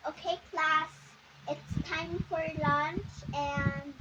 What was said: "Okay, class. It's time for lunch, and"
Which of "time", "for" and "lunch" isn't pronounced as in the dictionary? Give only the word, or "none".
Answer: none